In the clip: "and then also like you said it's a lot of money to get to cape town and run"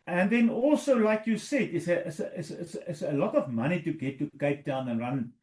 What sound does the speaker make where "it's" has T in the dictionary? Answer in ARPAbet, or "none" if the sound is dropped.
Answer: S